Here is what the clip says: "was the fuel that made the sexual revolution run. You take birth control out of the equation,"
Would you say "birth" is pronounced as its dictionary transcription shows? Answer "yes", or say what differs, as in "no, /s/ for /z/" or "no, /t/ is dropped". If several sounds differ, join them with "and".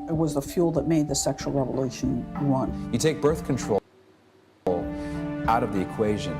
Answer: yes